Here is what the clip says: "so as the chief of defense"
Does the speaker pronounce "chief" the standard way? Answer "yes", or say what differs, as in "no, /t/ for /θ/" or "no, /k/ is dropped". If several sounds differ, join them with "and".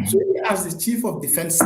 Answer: yes